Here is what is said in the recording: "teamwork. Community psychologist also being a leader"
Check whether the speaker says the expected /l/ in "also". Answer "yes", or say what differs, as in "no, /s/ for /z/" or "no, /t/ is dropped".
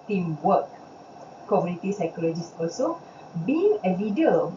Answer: no, /l/ is dropped